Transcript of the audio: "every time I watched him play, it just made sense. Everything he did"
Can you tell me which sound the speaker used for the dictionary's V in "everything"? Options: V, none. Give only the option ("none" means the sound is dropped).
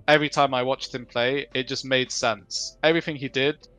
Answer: V